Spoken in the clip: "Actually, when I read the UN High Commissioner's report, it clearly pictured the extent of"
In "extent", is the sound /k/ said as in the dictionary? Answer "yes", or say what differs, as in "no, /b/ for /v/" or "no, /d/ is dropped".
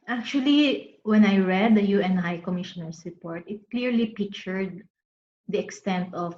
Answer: yes